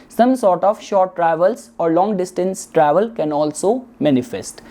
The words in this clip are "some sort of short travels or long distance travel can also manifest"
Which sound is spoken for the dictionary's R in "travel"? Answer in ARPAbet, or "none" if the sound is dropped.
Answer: R